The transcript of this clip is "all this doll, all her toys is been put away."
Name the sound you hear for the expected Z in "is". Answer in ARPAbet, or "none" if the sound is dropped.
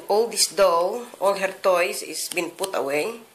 S